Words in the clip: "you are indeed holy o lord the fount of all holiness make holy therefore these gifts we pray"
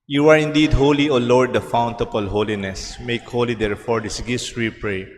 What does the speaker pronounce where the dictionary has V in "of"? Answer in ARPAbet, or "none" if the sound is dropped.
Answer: P